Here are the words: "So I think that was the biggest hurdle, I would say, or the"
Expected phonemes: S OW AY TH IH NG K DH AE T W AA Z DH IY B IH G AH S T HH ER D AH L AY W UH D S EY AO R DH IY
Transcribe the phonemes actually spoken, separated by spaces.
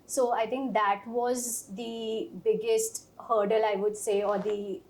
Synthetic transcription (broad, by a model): S OW AY T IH NG K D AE T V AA Z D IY B IH G AH S T HH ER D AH L AY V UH D S EY AO R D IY